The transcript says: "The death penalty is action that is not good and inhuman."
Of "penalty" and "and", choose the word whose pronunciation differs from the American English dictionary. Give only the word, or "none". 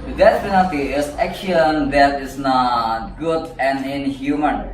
penalty